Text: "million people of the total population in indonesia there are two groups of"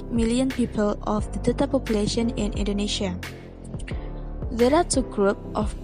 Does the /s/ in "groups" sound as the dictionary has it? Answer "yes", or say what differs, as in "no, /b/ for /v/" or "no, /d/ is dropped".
no, /s/ is dropped